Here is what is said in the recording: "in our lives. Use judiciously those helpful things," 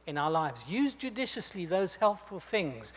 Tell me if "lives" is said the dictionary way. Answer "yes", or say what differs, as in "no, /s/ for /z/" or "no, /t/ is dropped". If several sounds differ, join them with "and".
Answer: yes